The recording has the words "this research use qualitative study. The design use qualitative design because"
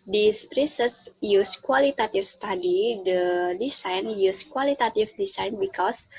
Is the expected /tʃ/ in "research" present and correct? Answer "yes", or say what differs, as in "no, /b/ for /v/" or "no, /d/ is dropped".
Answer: no, /s/ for /tʃ/